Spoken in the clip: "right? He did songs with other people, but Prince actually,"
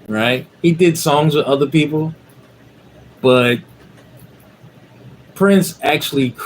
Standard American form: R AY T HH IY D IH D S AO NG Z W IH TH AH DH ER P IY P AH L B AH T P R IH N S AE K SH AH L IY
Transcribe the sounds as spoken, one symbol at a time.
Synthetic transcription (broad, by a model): R AY T HH IY D IH D S AO NG Z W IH AH DH ER P IY P L B AH T P R IH N S AE K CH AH L IY